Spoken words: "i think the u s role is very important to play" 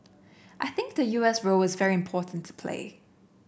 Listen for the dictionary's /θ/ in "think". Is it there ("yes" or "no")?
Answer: yes